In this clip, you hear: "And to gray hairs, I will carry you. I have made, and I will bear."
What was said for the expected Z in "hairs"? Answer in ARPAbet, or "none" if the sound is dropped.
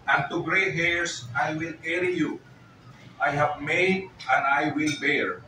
S